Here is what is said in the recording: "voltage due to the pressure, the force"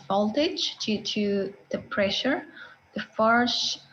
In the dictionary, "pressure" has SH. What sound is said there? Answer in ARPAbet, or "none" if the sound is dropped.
SH